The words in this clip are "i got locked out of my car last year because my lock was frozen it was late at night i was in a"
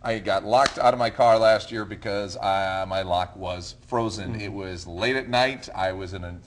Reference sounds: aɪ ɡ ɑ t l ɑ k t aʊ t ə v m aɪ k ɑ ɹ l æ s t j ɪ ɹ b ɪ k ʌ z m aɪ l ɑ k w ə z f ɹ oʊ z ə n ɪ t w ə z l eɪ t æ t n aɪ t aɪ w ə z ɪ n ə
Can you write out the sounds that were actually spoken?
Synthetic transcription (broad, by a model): aɪ ɡ ɑ t l ɑ k t aʊ t ə v m aɪ k ɑ ɹ l æ s t j ɪ ɹ b ɪ k ʌ z m aɪ l ɑ k w ə z f ɹ oʊ z ə n ɪ t w ə z l eɪ t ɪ t n aɪ t aɪ w ə z ɪ n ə